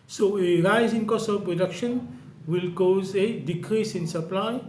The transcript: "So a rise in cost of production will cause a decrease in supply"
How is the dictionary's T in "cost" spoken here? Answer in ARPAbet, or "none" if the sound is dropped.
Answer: none